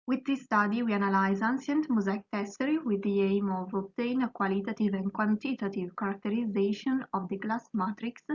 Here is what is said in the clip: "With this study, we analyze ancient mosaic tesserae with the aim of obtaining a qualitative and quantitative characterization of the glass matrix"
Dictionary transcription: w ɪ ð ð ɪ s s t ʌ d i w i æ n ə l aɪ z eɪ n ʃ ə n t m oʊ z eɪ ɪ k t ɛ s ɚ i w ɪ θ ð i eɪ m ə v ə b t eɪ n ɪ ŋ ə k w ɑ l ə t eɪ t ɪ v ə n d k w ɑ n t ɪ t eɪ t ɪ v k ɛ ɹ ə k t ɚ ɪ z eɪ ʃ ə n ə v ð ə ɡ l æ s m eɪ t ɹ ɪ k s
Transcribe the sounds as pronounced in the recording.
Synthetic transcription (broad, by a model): w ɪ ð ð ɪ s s t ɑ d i w i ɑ n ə l aɪ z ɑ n s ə n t m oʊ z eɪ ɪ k t ɛ s ɚ i w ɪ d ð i eɪ m ə v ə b t eɪ n ə k w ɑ l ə t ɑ t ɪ v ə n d k w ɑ n t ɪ t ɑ t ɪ v k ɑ ɹ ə k t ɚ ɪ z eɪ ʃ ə n ə v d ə ɡ l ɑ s m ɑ t ɹ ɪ k s